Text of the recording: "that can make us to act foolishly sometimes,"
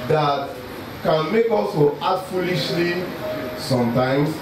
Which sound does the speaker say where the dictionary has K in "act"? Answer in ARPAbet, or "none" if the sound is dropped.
none